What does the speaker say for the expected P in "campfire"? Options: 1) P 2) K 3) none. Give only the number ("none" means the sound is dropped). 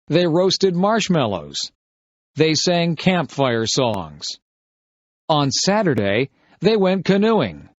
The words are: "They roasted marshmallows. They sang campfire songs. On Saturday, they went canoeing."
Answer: 1